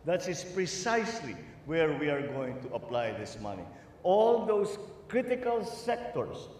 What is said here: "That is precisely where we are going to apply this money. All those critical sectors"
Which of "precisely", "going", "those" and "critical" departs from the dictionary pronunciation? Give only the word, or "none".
those